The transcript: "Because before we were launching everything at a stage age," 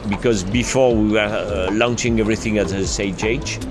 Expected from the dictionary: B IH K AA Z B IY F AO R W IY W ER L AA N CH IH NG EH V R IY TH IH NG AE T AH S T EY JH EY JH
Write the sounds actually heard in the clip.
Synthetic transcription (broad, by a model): B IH K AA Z B IY F AO R W IY W ER L AA N CH IH NG EH V R IY TH IH NG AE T AH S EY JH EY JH